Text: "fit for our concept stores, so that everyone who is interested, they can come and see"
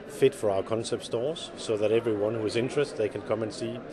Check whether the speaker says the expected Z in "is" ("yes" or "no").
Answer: yes